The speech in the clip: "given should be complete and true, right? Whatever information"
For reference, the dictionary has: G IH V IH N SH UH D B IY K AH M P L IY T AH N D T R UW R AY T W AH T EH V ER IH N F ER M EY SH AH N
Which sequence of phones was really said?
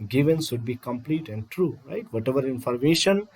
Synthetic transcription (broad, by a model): G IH V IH N S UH D B IY K AH M P L IY T AH N D T R UW R AY T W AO T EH V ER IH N F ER M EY SH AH N